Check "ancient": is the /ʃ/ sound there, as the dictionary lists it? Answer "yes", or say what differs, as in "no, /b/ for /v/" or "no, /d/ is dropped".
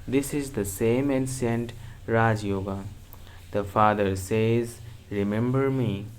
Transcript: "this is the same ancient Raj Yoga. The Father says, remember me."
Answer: no, /s/ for /ʃ/